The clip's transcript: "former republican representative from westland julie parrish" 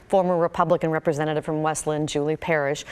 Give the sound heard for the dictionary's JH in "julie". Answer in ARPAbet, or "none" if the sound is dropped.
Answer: JH